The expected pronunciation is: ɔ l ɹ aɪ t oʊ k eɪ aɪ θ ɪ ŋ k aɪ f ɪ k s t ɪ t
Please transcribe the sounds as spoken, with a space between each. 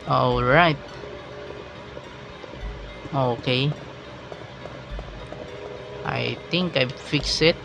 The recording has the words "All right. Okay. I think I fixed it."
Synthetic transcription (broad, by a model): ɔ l ɹ aɪ t oʊ k eɪ aɪ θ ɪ ŋ k aɪ f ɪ k s ɪ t